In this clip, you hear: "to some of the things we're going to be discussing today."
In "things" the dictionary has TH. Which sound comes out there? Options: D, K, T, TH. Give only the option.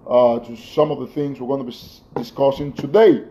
TH